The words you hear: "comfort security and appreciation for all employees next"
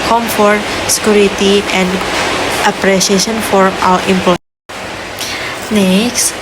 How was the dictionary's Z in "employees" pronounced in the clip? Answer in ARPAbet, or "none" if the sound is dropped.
none